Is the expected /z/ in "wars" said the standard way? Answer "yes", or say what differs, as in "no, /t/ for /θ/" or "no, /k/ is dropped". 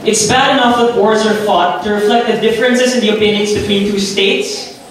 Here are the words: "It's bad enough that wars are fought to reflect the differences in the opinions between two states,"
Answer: yes